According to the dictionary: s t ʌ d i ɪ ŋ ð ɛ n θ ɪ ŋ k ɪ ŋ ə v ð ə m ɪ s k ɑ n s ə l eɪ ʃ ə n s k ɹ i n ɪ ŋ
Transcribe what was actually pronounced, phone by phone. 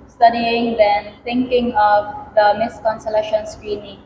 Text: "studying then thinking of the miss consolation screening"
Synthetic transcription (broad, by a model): s t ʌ d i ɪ ŋ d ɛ n t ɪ ŋ k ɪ ŋ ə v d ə m ɪ s k ɑ n s ə l eɪ ʃ ə n s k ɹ i n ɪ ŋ